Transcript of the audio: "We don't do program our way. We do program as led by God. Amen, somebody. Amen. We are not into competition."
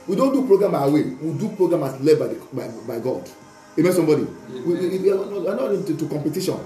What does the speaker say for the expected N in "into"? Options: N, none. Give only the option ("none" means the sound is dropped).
none